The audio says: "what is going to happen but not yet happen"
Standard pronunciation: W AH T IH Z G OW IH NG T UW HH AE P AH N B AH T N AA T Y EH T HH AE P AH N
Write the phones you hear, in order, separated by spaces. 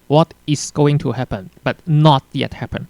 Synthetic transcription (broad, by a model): W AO T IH S G OW IH NG T UW HH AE P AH N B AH T N AA T Y EH T HH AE P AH N